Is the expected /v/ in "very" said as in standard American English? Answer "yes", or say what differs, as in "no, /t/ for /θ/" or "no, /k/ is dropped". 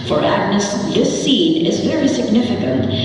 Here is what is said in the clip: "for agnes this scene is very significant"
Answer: yes